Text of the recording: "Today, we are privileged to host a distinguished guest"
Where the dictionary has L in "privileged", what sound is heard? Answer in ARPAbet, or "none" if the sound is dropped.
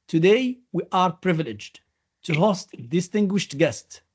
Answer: L